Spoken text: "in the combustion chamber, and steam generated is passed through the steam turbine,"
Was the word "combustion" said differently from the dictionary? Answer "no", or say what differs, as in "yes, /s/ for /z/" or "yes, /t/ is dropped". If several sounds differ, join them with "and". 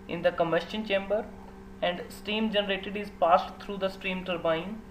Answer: yes, /b/ is dropped